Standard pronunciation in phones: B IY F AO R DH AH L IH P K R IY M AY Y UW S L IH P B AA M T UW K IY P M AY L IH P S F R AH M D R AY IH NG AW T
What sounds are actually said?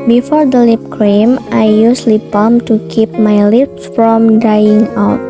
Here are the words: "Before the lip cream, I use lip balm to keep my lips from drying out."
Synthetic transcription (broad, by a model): B IY F AO R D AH L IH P K R IY M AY Y UW S L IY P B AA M T UW K IY P M AY L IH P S F R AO M D AY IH NG AW T